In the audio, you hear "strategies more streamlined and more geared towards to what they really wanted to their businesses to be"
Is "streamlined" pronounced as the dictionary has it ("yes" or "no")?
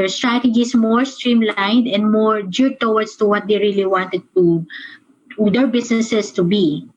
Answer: yes